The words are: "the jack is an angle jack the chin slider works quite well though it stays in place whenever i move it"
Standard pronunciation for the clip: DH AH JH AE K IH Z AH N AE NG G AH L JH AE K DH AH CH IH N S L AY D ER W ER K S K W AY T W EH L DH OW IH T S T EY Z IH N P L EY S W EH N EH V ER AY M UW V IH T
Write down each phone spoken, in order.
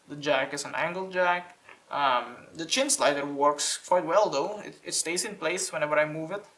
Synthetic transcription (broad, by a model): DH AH JH AE K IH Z AH N AE NG G AH L JH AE K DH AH CH IH N S L AY D ER W ER K S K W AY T W EH L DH OW IH T S T EY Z IH N P L EY S W EH N EH V ER AY M UW V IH T